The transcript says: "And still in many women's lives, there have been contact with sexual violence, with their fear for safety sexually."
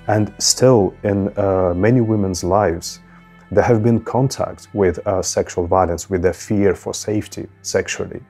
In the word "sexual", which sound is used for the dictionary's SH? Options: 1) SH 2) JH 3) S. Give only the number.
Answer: 1